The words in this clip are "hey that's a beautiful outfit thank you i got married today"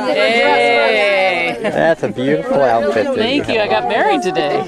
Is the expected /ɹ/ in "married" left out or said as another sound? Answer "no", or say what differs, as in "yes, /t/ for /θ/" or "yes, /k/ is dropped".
no